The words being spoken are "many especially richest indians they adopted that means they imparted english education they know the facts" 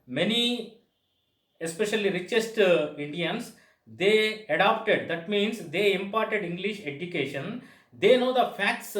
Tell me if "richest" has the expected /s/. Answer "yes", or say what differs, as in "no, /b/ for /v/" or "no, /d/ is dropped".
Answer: yes